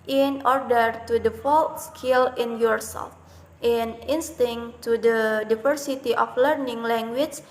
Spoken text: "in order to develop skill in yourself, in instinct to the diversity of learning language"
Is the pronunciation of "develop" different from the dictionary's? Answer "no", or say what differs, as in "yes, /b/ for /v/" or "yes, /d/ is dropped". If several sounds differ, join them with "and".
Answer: yes, /f/ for /v/